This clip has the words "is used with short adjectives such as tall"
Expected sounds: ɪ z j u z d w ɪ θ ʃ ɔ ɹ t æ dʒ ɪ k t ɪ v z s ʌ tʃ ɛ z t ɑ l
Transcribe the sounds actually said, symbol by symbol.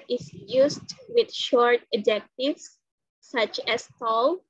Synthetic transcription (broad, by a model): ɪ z j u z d w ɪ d ʃ ɔ ɹ t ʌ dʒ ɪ k t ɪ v s ʌ tʃ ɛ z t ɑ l